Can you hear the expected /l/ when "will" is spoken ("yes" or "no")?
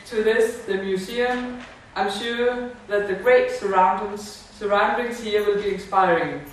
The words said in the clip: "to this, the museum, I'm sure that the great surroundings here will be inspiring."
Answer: yes